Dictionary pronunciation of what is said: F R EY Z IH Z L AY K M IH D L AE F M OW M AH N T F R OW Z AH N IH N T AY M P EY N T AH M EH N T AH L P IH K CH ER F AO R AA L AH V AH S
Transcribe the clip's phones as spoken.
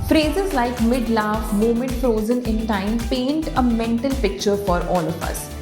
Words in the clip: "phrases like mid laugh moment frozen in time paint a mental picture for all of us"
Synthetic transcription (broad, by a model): F R EY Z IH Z L AY K M IH D L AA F M OW M AH N T F R OW Z AH N IH N T AY M P EY N T AH M EH N T AH L P IH K CH ER F AO R AA L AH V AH S